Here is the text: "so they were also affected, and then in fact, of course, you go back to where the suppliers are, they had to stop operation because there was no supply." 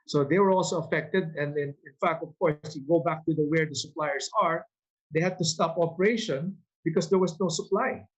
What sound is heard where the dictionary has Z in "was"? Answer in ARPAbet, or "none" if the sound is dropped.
S